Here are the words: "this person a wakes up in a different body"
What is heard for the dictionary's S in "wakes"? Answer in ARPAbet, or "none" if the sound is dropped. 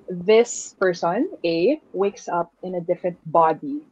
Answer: S